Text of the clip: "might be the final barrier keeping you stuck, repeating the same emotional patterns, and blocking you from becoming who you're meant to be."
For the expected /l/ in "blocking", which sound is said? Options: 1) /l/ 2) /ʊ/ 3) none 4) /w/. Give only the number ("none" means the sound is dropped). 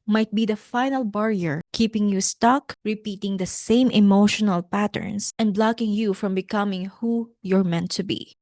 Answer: 1